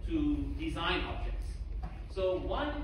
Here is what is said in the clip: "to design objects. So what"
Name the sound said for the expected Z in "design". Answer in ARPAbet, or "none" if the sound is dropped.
Z